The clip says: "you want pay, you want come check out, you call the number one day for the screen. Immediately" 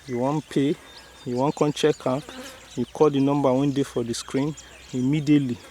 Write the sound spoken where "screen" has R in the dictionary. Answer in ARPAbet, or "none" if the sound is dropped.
R